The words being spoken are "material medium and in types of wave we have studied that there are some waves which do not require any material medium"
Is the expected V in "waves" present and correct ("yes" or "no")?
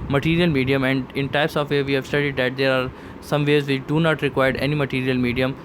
no